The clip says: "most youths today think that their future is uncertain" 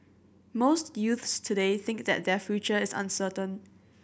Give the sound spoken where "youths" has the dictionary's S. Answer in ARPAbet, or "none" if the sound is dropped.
S